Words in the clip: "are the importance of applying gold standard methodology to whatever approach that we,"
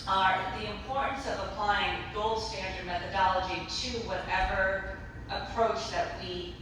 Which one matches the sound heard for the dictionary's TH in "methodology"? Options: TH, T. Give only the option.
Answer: TH